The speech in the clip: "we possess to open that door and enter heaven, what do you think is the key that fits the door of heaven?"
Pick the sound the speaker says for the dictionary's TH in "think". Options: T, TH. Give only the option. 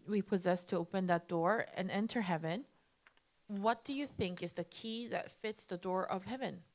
TH